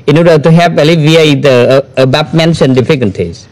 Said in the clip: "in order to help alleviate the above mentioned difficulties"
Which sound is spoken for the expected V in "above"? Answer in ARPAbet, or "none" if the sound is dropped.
P